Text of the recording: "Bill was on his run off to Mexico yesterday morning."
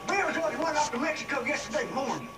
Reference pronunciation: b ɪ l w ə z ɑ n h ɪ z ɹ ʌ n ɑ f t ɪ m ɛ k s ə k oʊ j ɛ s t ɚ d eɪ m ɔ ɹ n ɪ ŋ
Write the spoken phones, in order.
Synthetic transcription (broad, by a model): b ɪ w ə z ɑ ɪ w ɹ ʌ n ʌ p t ɪ m ɛ k s ə k oʊ j ɛ s t ɚ d eɪ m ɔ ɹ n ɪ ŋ